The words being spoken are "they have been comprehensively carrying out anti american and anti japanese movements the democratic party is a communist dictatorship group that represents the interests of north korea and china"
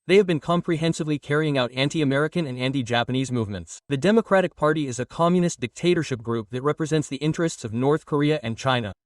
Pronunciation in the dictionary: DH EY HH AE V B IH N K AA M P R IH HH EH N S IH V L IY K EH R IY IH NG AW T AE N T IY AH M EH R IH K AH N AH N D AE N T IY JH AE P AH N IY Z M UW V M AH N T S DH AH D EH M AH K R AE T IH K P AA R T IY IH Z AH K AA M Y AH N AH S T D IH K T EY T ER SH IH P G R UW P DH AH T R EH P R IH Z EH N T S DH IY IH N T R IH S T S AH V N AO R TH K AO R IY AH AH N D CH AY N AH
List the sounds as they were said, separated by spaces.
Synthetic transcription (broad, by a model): DH EY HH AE V B IH N K AA M P R IH HH EH N S IH V L IY K EH R IY IH NG AW T AE N T IY AH M EH R IH K AH N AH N AE N T IY JH AE P AH N IY Z M UW V M AH N T S DH AH D EH M AH K R AE T IH K P AA R T IY IH Z AH K AA M Y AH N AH S D IH K T EY T ER SH IH P G R UW P DH AH T R EH P R IH Z EH N T S DH IY IH N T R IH S T S AH V N AO R TH K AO R IY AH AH N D CH AY N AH